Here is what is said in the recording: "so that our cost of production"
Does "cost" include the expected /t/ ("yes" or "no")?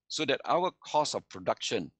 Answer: no